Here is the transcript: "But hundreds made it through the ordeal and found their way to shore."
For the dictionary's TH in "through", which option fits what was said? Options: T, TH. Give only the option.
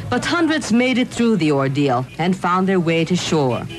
TH